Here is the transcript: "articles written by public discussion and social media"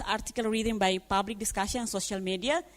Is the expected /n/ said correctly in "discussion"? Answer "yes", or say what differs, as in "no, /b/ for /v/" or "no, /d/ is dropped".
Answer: no, /n/ is dropped